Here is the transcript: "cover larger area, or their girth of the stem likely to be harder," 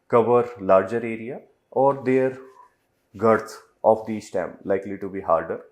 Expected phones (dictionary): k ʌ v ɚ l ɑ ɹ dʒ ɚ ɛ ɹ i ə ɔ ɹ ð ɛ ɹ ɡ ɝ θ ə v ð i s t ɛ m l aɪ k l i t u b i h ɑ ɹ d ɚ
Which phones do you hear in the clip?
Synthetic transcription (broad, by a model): k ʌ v ɚ l ɑ ɹ dʒ ɚ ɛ ɹ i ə ɔ ɹ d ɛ ɹ ɡ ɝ t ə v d i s t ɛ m l aɪ k l i t u b i h ɑ ɹ d ɚ